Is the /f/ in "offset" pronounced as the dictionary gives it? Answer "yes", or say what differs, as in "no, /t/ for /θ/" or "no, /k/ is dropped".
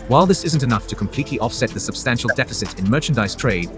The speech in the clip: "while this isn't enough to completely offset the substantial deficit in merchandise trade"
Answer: yes